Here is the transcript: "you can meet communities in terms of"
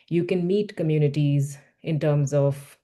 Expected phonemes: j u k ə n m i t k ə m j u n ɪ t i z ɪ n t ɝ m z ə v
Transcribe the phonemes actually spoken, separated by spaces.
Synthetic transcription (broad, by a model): j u k ə n m i t k ə m j u n ɪ t i z ɪ n t ɝ m z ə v